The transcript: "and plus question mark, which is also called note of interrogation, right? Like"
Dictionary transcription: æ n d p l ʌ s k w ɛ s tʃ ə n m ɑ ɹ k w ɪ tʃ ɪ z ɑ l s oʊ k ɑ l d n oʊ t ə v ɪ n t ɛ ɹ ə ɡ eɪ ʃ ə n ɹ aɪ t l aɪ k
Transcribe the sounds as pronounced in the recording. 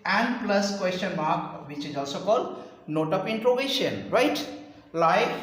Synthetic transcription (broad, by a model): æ n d p l ʌ s k w ɛ s tʃ ə n m ɑ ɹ k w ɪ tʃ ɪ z ɑ l s oʊ k ɑ l d n oʊ t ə p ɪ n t ɹ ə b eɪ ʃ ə n ɹ aɪ t l aɪ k